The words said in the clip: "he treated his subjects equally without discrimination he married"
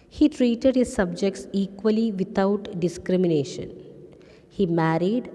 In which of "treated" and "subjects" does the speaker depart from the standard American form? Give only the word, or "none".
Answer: none